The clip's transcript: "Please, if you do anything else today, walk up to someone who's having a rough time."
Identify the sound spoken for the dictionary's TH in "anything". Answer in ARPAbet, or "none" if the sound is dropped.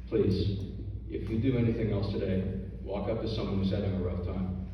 TH